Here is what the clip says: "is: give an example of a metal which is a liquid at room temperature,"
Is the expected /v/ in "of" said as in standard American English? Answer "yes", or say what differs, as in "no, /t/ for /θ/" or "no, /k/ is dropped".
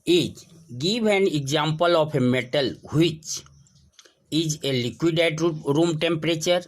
no, /p/ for /v/